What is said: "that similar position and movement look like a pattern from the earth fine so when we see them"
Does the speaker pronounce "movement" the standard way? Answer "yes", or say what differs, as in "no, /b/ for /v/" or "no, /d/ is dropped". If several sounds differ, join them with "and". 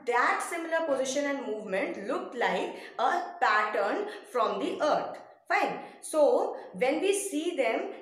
yes